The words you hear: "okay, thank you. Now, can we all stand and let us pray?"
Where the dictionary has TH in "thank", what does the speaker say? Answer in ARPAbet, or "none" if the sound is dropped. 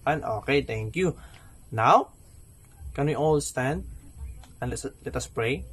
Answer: T